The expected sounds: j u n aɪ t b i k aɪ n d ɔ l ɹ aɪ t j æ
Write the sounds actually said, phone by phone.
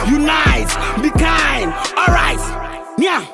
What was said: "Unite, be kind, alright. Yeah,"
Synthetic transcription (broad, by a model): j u n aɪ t b i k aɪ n ɔ l ɹ aɪ t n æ